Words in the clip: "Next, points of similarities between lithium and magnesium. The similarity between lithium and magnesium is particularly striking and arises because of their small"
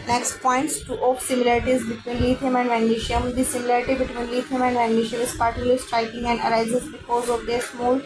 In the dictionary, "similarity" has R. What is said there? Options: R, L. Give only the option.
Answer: R